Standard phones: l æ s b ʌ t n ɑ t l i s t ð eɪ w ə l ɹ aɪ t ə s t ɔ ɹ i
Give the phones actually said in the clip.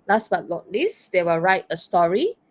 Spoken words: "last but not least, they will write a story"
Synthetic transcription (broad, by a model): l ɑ s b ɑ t l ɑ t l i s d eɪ w ə l ɹ aɪ t ə s t ɔ ɹ i